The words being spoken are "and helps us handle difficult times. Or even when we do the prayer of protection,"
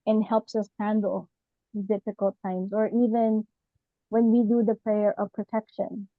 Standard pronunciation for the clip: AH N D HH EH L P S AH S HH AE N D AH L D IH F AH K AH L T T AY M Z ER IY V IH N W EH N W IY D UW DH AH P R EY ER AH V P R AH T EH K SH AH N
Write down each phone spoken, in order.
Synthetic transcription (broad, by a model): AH N HH EH L P S AH S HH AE N D L D IH F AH K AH L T T AY M Z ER IY V IH N W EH N W IY D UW DH AH P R EY ER AH V P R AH T EH K SH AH N